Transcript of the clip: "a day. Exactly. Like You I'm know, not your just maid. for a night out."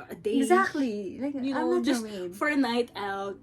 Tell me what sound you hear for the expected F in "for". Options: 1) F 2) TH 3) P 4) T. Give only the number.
1